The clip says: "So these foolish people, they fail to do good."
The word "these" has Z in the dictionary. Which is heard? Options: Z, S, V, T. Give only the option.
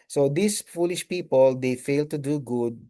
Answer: S